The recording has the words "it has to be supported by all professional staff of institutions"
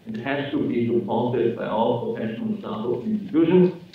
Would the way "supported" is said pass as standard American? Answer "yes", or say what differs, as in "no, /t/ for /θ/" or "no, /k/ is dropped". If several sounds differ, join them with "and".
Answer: no, /l/ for /ɹ/